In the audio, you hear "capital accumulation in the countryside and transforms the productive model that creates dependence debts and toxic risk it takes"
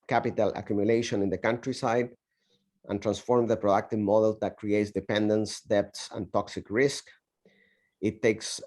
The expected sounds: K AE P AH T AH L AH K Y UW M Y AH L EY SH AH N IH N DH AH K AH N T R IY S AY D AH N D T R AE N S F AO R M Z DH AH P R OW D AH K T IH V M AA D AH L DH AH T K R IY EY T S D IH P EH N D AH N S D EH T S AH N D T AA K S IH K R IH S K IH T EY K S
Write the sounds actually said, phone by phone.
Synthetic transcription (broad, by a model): K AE P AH T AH L AH K Y UW M Y AH L EY SH AH N IH N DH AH K AH N T R IY S AY D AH N T R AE N S F AO R M DH AH P R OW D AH K T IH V M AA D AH L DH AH T K R IY EY T S D IH P EH N D AH N S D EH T S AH N T AA K S IH K R IH S K IH T EY K S